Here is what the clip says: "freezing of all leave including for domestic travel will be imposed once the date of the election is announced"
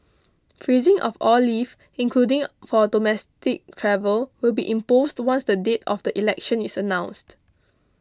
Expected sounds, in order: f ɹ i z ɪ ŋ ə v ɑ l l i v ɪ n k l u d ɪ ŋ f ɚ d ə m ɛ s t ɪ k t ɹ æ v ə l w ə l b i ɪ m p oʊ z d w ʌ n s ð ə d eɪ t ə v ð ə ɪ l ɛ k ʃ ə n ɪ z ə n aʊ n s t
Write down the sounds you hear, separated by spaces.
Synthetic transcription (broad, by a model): f ɹ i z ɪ ŋ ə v ɑ l l i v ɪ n k l u d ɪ ŋ f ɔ d ə m ɛ s t ɪ k t ɹ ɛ v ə l w ə l b i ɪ m p oʊ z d w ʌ n s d ə d eɪ t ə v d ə ɪ l ɛ k ʃ ə n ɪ s ə n aʊ n s t